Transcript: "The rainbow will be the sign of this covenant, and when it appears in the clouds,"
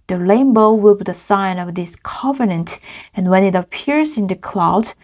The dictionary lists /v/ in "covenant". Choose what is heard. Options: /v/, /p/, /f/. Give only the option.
/v/